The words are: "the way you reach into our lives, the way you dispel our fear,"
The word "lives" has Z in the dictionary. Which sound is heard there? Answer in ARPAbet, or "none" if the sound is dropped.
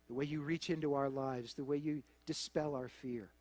Z